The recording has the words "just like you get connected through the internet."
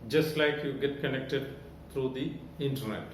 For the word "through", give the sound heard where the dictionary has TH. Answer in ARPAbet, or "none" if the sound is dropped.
T